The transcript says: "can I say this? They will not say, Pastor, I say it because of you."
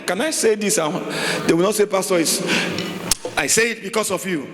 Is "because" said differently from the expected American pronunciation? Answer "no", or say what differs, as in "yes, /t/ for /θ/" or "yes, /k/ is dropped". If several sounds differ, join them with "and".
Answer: yes, /s/ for /z/